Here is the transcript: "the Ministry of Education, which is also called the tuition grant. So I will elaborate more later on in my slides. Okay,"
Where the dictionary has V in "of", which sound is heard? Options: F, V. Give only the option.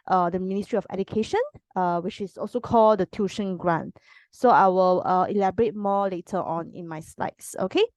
F